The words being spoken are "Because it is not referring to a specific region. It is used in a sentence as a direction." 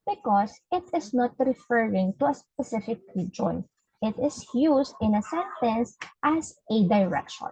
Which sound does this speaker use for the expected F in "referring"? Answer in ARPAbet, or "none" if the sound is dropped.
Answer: F